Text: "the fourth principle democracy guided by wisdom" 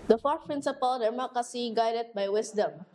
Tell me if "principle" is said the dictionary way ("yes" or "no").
yes